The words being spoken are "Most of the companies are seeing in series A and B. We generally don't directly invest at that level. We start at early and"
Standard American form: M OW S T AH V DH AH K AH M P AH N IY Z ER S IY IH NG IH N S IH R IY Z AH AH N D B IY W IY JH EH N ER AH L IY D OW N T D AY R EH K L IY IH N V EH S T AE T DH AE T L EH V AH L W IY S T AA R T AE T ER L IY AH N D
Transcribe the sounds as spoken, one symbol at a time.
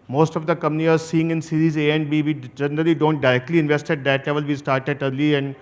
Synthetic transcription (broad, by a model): M OW S T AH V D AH K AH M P N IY ER S IY IH NG IH N S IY R IY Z AH AH N D B IY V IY JH EH N ER AH L IY D OW N T D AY R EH K L IY IH N V EH S T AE T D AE T L EH V AH L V IY S T AA R T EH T ER L IY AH N D